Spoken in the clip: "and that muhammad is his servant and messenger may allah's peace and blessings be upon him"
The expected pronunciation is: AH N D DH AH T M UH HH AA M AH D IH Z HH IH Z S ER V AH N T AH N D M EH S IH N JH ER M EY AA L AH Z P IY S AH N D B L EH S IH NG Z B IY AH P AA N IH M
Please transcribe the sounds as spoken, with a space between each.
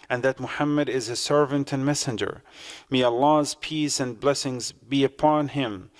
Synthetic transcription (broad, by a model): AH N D DH AH T M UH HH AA M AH D IH Z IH S ER V AH N T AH N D M EH S IH N JH ER M EY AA L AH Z P IY S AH N B L EH S IH NG Z B IY AH P AA N IH M